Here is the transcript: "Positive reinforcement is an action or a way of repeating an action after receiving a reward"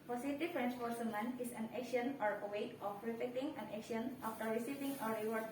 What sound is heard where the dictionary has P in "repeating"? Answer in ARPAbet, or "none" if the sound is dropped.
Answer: F